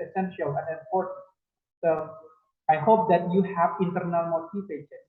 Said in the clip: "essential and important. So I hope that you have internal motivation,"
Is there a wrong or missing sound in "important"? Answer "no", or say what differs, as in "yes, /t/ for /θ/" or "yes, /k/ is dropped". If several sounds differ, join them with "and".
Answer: yes, /n/ is dropped